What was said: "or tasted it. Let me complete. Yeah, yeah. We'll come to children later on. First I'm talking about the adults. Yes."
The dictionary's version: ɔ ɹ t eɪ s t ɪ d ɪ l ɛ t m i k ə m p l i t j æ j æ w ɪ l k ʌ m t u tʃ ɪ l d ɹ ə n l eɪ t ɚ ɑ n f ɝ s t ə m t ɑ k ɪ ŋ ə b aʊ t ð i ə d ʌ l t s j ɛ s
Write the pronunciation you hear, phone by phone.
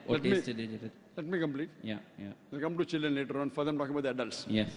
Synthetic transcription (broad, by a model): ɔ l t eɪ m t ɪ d ɪ l ɛ t m i k ə m p l i t j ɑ j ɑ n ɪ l k ʌ m t u tʃ ɪ l d ɹ ə n l eɪ t ɚ ɑ n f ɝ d ə m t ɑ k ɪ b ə ʊ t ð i ə d ʌ l t s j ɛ s